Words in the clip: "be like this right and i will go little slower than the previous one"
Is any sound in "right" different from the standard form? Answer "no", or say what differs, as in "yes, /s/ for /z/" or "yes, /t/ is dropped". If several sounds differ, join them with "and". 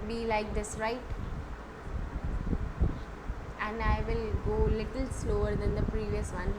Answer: no